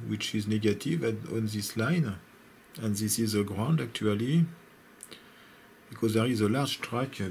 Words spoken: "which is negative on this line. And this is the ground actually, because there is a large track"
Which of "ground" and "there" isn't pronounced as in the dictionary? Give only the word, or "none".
none